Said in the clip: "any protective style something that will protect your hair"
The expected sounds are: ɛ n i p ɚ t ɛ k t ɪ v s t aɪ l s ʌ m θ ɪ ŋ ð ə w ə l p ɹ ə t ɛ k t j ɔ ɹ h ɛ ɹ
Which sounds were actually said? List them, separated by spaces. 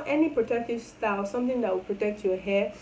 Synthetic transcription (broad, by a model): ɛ n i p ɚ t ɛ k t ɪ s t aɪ s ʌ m t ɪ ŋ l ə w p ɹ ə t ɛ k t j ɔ h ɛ